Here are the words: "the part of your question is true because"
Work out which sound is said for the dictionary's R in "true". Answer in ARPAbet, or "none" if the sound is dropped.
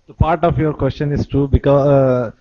none